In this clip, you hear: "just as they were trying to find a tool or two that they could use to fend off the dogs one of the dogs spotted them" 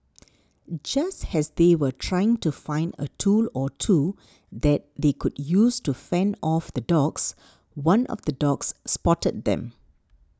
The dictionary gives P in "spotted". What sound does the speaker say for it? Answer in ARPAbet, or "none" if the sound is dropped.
P